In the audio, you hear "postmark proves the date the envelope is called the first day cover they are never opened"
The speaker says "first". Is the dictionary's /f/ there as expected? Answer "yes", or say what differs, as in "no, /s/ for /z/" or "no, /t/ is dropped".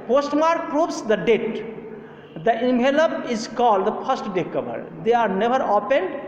no, /p/ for /f/